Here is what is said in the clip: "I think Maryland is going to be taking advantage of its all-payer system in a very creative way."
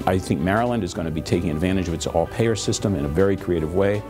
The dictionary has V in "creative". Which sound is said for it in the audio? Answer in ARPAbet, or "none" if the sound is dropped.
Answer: V